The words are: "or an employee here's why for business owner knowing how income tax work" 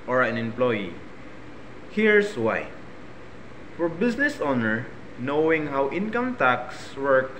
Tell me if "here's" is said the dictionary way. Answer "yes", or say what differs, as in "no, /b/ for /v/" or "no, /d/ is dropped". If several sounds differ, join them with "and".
no, /s/ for /z/